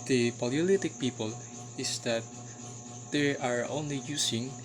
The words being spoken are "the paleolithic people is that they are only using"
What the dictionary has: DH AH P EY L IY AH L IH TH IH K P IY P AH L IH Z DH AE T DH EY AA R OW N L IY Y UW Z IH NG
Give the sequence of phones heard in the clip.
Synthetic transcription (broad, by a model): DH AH P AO L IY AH L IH T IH K P IY P AH L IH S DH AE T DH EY AA R OW N L IY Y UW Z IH NG